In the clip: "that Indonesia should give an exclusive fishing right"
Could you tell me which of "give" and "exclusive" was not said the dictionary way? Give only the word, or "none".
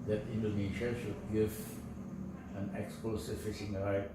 exclusive